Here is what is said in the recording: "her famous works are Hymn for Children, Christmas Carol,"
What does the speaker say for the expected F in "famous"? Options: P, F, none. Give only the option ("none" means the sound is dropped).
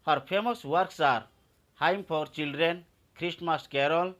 P